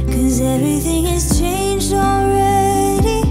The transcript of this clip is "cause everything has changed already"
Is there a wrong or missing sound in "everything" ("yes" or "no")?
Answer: no